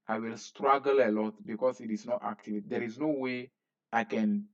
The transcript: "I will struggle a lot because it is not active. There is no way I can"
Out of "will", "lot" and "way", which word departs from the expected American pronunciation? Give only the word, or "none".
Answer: none